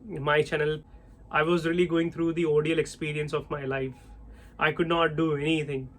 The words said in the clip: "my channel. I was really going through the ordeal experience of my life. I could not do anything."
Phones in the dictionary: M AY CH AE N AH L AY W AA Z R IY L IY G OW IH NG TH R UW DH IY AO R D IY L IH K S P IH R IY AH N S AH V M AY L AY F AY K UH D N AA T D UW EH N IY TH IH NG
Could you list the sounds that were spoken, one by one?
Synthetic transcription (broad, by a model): M AY CH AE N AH L AY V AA Z R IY L IY G OW IH NG T R UW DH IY AO D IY L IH K S P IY R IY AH N S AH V M AY L AY F AY K UH D N AA T D UW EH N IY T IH NG